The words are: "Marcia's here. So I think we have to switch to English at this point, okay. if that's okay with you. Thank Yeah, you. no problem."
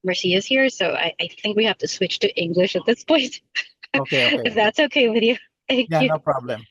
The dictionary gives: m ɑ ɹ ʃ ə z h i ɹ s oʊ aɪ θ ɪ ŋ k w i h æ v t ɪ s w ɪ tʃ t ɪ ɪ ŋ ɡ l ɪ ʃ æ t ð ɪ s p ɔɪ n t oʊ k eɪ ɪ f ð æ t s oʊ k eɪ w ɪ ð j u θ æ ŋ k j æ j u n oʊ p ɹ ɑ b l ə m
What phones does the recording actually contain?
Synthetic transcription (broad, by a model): m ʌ ɹ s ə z h i ɹ s oʊ aɪ θ ɪ ŋ k w i h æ f t ɪ s w ɪ tʃ t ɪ ɪ ŋ ɡ l ɪ ʃ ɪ t ð ɪ s p ɔɪ n t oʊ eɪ ɪ f ð æ t s oʊ k eɪ w ɪ ð j u θ æ ŋ k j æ j u n oʊ p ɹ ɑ b l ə m